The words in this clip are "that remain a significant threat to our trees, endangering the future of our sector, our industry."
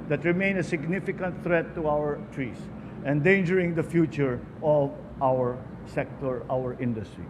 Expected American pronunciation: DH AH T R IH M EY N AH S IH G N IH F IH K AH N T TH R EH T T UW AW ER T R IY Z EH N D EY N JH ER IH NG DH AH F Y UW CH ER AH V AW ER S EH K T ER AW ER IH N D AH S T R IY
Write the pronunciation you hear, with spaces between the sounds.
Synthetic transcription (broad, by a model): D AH T R IH M EY N AH S IH G N IH F IH K AH N T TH R EH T T UW AW ER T R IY S EH N D EY N JH ER IH NG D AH F Y UW CH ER AH V AW ER S EH K T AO AW ER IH N D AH S T R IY